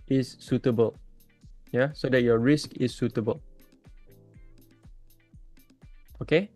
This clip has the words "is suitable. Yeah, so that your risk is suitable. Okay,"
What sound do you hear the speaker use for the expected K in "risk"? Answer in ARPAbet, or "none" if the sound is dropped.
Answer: K